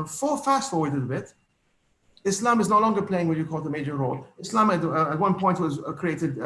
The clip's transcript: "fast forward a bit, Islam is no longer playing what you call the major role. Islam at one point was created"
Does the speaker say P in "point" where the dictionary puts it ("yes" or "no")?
yes